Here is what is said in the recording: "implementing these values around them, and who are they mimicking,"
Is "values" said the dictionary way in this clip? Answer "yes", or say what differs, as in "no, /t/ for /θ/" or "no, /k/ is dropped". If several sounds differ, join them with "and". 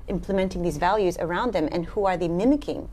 yes